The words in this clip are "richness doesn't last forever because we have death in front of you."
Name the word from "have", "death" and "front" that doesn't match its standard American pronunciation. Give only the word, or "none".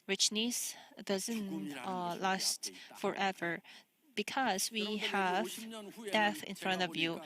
none